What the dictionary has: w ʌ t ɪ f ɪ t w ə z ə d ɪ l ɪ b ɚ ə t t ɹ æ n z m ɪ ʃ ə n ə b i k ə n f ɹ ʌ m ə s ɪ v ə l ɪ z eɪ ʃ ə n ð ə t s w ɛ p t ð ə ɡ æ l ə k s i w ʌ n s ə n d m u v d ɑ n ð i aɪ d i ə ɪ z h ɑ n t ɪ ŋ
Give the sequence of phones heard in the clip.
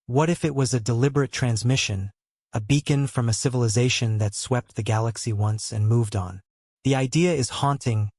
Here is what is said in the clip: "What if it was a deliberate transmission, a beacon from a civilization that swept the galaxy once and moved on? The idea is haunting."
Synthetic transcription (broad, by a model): w ʌ t ɪ f ɪ t w ə z ə d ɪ l ɪ b ɚ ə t t ɹ æ n z m ɪ ʃ ə n ə b i k ə n f ɹ ʌ m ə s ɪ v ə l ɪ z eɪ ʃ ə n ð ə t s w ɛ p t ð ə ɡ æ l ə k s i w ʌ n s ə n m u v d n ð i aɪ d i ə ɪ z h ɑ n t ɪ ŋ